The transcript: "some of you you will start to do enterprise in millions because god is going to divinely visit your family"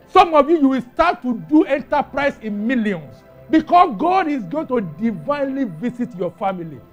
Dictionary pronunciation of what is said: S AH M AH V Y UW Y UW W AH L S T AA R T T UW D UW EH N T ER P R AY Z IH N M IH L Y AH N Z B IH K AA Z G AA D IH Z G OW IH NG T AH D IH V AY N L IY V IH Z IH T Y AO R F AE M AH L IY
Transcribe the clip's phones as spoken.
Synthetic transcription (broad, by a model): S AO M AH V Y UW Y UW W AH L S T AA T T UW D UW EH N T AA P R AY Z IH N M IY L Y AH N S B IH K AA S G AA D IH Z G OW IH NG T AH D IH V AY N L IY V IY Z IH T Y AO F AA M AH L IY